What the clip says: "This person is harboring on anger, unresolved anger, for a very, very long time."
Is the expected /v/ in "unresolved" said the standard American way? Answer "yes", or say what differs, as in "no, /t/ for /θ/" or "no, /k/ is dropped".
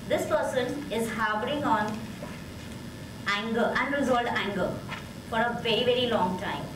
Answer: no, /v/ is dropped